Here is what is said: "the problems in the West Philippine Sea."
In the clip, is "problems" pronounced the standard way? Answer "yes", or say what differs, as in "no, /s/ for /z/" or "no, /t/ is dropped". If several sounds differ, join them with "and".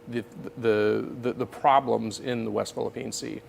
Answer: yes